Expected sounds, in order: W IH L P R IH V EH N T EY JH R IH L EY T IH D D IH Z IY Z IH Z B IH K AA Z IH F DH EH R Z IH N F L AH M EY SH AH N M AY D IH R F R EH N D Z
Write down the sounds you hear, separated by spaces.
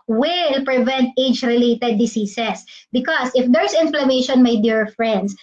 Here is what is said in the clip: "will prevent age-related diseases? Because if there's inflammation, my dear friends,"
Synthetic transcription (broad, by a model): W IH L P R IH V EH N T EY JH R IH L EY T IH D D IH S IY S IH S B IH K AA S IH F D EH R S IH N F L AH M EY SH AH N M AY D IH R F R EH N D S